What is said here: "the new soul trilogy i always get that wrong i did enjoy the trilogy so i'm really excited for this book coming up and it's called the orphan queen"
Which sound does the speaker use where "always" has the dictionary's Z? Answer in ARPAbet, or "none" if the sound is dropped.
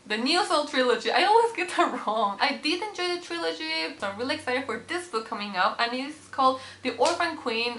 Z